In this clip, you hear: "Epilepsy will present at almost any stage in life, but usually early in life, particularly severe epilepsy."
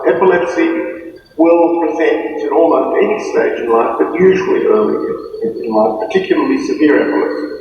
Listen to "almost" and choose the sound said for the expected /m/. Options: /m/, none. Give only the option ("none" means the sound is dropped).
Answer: none